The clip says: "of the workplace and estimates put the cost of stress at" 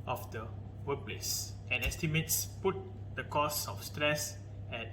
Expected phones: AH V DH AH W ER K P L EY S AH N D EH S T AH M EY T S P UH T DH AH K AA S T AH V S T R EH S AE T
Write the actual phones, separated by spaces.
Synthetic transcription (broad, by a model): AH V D AH W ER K P L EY S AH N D EH S T AH M EY T S P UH T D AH K AA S AH F S T R EH S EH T